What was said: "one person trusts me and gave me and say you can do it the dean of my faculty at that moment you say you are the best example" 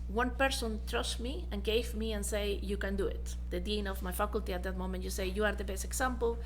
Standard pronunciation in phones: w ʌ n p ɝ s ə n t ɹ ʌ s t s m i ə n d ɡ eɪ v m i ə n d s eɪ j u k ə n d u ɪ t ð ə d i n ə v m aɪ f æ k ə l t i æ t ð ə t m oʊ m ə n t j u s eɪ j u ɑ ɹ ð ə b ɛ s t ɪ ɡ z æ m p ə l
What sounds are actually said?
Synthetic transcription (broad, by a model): w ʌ n p ɝ s ə n t ɹ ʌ s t m i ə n ɡ eɪ v m i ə n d s eɪ j u k ə n d u ɪ t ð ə d i n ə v m aɪ f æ k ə l t i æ t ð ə t m oʊ m ə n t j u s eɪ j u ɑ ɹ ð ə b ɛ s t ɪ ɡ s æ m p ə l